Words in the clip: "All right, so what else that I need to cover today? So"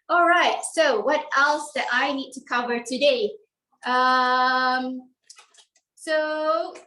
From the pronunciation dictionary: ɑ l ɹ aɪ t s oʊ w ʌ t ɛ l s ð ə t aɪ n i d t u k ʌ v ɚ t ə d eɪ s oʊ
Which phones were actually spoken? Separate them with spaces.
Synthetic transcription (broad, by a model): ɑ l ɹ aɪ t s oʊ w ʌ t ɛ l s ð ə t aɪ n i d t u k ʌ v ɚ t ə d eɪ s oʊ